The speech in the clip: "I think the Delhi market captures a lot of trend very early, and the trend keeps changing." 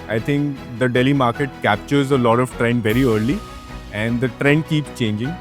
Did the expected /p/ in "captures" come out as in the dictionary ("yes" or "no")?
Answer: yes